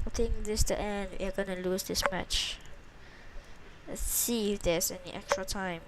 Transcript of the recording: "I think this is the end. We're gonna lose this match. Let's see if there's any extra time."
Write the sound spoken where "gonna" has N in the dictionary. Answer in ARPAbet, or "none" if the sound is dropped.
N